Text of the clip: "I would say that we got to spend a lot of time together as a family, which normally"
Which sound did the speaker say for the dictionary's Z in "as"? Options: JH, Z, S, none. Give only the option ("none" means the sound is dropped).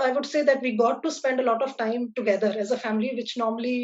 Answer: Z